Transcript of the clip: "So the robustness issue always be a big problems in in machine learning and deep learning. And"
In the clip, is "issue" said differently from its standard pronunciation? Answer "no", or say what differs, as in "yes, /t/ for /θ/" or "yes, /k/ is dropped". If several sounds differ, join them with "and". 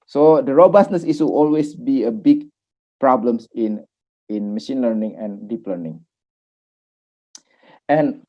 yes, /s/ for /ʃ/